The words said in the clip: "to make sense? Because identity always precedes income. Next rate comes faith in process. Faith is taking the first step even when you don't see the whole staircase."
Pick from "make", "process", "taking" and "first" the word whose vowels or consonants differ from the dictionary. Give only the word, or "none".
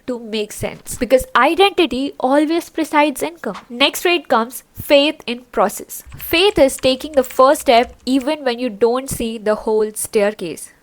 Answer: first